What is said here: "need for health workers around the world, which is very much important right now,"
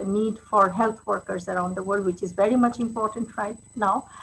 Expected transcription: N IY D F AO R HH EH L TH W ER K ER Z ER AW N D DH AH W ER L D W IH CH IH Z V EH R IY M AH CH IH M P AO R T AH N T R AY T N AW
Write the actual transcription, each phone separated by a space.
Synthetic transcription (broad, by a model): N IY D F AO R HH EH L T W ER K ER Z ER AW N D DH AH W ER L D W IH CH IH Z V EH R IY M AH CH IH M P AO R T AH N T R AY T N AW